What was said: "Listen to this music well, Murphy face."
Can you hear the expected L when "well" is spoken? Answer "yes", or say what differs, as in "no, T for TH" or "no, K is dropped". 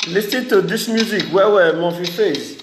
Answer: no, W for L